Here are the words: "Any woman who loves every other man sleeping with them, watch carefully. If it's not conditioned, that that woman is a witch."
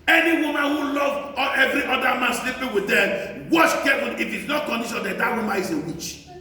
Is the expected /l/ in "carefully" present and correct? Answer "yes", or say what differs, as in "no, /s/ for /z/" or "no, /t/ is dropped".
no, /n/ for /l/